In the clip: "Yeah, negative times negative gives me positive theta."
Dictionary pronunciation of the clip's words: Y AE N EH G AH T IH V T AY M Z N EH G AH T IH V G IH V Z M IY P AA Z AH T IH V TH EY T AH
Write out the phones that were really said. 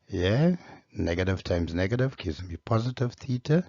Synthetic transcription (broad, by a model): Y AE N EH G AH T IH V T AY M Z N EH G AH T IH V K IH Z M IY P AA Z AH T IH V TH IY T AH